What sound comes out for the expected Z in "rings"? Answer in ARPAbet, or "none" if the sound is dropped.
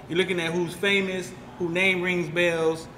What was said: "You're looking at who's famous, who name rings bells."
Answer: Z